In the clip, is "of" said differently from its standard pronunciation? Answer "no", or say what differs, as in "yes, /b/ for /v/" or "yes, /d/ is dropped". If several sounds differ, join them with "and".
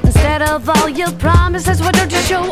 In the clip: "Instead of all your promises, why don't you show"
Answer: no